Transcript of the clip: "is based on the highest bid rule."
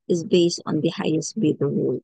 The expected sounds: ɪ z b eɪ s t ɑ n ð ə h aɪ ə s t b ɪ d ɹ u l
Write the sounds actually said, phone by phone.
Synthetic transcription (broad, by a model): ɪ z b eɪ s t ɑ n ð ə h aɪ ə s t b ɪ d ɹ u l